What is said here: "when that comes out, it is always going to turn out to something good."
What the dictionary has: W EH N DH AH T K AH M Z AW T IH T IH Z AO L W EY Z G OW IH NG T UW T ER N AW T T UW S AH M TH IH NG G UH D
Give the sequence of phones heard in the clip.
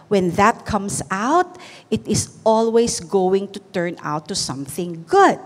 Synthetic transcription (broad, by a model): W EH N DH AH T K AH M S AW T IH T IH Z AO L W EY S G OW IH NG T UW T ER N AW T T UW S AH M TH IH NG G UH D